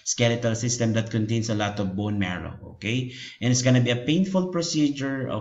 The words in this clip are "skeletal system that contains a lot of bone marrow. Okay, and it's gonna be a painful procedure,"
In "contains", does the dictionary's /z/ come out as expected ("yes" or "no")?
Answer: no